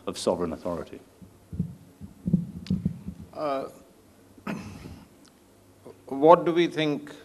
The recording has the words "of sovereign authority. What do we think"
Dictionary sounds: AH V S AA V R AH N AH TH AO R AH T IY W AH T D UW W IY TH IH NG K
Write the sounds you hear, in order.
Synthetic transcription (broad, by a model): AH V S AA V R AH N AH TH AO R AH T IY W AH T D UW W IY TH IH NG K